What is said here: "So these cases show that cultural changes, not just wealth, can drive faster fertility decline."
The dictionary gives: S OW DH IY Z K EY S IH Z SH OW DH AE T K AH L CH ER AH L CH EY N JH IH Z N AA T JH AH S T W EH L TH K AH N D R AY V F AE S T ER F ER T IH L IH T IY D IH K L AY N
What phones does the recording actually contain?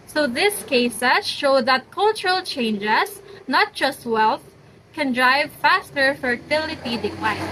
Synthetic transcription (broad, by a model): S OW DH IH S K EY S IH SH OW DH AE T K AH L CH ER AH L CH EY N JH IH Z N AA T JH AH S T W EH L TH K AH N D R AY V F AE S T ER F ER T IH L IH T IY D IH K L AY